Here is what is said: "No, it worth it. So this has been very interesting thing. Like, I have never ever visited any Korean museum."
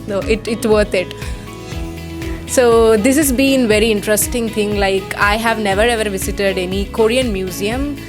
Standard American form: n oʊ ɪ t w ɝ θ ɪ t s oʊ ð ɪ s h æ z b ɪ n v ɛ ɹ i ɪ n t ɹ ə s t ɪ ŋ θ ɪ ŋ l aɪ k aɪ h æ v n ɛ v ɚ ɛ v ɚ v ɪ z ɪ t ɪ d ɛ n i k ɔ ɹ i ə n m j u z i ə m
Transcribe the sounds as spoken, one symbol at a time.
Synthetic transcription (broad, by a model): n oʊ ɪ t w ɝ t ɪ t s oʊ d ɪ s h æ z b ɪ n v ɛ ɹ i ɪ n t ɹ ə s t ɪ ŋ t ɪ ŋ l aɪ k aɪ h æ v n ɛ v ɚ ɛ v ɚ v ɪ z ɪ t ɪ d ɛ n i k ɔ ɹ i ə n m j u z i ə m